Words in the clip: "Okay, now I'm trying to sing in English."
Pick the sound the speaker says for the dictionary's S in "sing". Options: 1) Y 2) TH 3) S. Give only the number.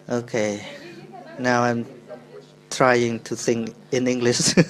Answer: 2